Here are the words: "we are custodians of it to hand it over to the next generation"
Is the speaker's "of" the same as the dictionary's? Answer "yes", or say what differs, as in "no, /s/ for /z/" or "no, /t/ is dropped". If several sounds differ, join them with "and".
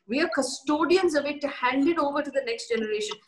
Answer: yes